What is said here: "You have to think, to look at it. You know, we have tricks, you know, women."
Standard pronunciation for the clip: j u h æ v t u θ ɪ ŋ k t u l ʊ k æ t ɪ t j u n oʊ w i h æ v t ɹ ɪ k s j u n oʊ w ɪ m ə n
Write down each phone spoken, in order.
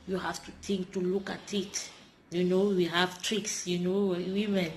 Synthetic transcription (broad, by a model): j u h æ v t u t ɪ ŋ k t u l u k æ t ɪ t j u n oʊ w i h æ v t ɹ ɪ k s j u n oʊ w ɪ m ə n